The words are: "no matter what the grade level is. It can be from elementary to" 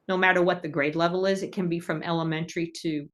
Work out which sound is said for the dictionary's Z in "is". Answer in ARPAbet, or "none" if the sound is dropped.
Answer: Z